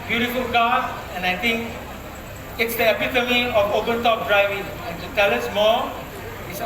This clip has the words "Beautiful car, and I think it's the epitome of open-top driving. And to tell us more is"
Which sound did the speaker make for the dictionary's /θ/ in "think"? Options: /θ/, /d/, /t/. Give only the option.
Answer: /t/